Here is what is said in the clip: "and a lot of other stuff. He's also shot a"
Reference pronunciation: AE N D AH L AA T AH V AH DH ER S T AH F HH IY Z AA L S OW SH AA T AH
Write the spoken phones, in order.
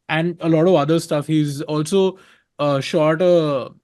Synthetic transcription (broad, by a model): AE N D AH L AA T AH V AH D ER S T AH F HH IY Z AA L S OW SH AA T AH